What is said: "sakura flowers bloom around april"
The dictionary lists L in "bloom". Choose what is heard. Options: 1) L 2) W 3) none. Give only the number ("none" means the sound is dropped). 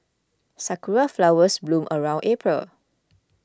1